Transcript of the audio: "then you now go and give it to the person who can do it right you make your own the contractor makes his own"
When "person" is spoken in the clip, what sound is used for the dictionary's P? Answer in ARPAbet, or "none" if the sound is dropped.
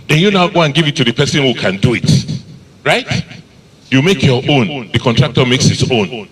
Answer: P